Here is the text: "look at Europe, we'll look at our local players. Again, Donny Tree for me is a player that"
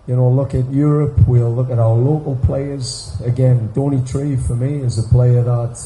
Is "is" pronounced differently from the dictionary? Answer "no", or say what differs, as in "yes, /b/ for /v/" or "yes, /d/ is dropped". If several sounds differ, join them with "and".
no